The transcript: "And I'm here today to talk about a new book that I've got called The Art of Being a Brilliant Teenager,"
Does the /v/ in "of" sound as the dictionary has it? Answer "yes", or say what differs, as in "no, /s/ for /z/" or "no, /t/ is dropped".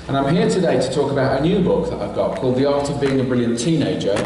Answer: yes